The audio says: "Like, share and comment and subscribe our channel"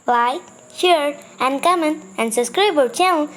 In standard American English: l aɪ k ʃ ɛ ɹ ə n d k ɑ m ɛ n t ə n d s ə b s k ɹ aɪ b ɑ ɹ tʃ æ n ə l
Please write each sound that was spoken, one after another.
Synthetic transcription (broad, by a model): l aɪ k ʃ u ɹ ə n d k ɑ m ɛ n ə n d s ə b s k ɹ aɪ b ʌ l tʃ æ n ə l